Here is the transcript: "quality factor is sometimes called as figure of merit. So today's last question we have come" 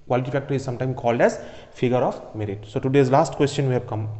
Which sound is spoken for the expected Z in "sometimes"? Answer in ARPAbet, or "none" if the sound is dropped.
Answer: none